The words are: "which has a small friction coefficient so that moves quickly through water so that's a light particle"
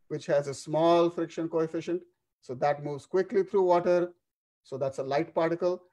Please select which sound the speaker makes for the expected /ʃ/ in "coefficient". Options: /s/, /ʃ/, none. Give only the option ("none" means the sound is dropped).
/ʃ/